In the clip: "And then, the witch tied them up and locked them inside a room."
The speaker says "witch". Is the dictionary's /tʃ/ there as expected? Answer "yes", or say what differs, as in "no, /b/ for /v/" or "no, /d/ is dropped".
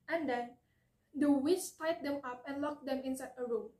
no, /s/ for /tʃ/